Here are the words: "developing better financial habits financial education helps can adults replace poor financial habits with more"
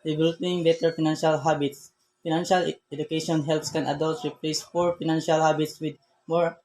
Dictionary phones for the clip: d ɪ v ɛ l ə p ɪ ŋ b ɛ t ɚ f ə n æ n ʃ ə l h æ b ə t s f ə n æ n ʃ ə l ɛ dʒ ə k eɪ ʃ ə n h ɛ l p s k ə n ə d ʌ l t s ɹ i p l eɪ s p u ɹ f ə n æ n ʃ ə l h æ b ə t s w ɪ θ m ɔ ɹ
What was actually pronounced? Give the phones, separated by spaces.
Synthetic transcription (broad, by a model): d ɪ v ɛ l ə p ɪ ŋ b ɛ t ɚ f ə n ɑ n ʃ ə l h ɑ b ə t s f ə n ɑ n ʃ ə l ɛ dʒ ə k eɪ ʃ ə n h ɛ l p s k ə n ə d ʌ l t ɹ i p l eɪ s f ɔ ɹ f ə n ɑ n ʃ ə l h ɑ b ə t s w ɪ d m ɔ ɹ